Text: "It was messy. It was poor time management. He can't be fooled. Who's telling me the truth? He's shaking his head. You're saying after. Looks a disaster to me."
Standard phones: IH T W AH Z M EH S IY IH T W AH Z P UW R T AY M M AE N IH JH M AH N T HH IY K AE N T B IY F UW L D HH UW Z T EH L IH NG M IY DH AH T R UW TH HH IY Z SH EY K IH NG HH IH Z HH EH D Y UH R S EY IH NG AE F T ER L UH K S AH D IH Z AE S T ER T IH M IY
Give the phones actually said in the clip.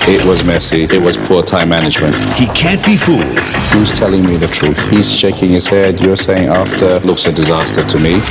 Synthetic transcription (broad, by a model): IH T W AH Z M EH S IY IH T W AH Z P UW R T AY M M AE N IH JH M AH N T HH IY K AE N B IY F UW L D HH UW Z T EH L IH NG M IY DH AH T R UW TH HH IY Z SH EY K IH NG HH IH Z HH EH D Y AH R S EY IH NG AE F T ER L UH K S AH D IH Z AE S T ER T IH M IY